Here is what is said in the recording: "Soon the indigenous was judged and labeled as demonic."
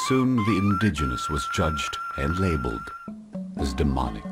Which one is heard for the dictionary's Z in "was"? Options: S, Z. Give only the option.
Z